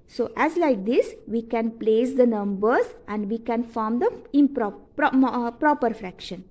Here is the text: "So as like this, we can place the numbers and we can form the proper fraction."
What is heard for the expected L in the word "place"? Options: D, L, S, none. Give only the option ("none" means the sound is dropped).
L